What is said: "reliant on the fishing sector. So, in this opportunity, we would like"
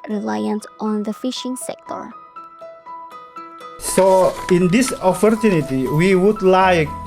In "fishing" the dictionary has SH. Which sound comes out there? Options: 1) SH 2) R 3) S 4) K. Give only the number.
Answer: 1